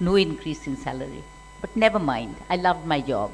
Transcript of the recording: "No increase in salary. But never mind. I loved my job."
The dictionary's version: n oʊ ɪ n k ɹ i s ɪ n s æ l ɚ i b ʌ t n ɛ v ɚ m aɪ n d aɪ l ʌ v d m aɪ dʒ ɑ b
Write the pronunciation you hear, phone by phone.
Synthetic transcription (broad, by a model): n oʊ ɪ n k ɹ i s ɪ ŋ s æ l ɚ i b ʌ t n ɛ v ɚ m aɪ n d aɪ l ʌ v d m aɪ dʒ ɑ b